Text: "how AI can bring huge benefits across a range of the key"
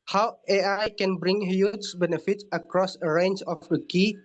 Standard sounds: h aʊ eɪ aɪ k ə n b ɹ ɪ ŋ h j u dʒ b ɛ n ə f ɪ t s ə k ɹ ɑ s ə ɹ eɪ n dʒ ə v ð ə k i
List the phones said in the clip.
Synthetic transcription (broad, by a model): h aʊ eɪ aɪ k ə n b ɹ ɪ ŋ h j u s b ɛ n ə f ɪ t ə k ɹ ɑ s ə ɹ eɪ n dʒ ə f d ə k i